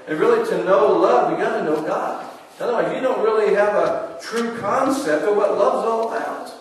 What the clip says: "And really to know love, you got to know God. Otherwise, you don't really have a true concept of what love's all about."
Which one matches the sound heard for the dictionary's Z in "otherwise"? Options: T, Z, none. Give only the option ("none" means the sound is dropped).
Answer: none